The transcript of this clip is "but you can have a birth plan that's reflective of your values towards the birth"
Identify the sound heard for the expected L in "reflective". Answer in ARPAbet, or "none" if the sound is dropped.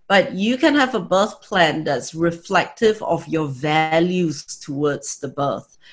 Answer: L